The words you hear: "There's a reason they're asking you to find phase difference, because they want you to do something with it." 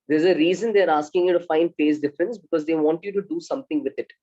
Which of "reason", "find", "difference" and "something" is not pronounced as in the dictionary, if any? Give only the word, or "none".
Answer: something